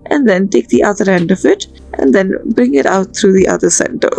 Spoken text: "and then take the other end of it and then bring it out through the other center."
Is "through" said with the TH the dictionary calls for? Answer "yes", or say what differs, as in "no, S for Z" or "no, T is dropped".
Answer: no, T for TH